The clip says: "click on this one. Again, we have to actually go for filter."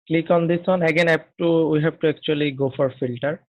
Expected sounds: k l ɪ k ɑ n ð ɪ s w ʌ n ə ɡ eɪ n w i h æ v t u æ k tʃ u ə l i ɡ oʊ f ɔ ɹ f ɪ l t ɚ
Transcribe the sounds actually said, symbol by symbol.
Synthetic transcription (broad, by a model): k l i k ɑ n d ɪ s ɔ n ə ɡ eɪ n w i h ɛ b t u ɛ k tʃ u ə l i ɡ oʊ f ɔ ɹ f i l t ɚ